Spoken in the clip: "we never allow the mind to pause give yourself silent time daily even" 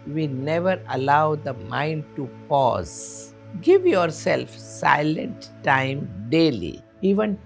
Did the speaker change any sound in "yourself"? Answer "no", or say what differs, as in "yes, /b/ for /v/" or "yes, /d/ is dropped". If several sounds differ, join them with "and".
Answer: no